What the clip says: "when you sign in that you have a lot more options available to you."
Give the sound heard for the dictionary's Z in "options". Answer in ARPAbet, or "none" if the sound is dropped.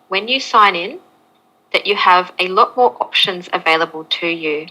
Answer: Z